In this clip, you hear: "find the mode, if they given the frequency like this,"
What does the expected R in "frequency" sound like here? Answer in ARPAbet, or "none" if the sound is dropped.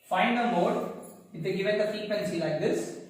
none